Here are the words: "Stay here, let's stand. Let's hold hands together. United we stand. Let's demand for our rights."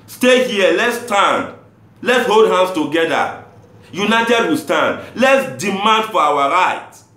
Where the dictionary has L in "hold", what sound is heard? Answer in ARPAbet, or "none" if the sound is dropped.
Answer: L